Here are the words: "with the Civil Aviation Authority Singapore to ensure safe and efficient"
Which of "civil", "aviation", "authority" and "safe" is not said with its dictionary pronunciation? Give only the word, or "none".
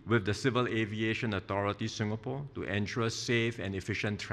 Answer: authority